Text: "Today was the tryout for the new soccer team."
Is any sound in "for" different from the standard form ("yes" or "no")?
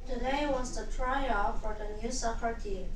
no